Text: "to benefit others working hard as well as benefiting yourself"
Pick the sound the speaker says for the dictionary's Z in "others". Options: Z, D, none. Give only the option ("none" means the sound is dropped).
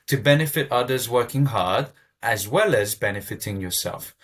Z